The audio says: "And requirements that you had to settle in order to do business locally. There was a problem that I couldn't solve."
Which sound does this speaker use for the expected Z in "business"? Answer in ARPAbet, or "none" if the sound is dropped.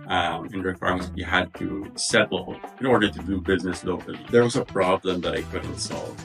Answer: Z